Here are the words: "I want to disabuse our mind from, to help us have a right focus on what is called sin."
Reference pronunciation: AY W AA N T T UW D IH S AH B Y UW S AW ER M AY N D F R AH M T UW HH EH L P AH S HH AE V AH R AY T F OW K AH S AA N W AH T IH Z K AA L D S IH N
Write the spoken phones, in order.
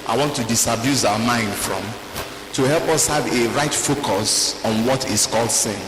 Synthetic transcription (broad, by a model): AY W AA N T T UW D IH S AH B Y UW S AW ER M AY N D F R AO M T UW HH EH L P AH S HH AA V AH R AY T F OW K AH S AA N W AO T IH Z K AA L D S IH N